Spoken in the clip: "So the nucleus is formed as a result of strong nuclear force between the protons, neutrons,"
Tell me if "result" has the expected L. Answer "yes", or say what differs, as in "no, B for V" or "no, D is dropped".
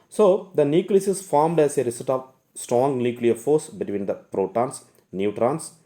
no, L is dropped